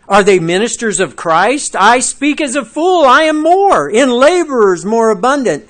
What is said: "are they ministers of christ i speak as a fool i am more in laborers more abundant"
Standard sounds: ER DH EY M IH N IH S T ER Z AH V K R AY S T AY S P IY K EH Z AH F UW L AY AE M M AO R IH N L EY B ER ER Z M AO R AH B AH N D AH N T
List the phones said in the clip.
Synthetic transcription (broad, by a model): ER DH EY M IH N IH S T ER Z AH V K R AY S T AY S P IY K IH Z AH F UW L AY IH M M AO R IH N L EY B ER ER Z M AO R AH B AH N D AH N T